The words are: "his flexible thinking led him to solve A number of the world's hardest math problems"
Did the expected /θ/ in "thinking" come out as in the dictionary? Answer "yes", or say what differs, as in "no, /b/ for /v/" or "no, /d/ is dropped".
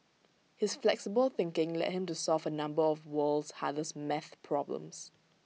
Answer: yes